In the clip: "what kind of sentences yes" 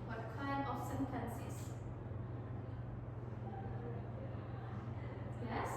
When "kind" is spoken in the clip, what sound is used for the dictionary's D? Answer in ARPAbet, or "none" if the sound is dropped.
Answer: none